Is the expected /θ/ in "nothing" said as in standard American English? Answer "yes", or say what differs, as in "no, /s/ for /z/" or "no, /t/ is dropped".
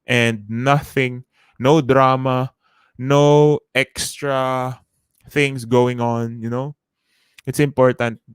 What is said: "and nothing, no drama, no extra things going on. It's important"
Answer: yes